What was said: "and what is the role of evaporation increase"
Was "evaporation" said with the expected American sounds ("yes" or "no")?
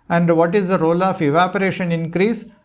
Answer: yes